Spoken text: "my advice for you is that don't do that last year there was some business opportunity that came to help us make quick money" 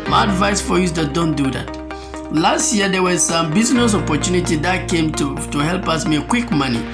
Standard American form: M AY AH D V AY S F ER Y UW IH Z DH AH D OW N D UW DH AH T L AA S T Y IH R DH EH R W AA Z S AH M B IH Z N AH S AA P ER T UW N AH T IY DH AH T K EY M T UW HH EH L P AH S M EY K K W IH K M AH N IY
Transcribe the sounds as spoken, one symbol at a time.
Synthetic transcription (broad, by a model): M AY AH D V AY S F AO Y UW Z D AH D OW N D UW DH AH T L AA S T Y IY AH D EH W AA Z S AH M B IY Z N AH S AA P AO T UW N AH T IY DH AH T K EY M T UW HH EH L P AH S M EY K K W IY K M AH N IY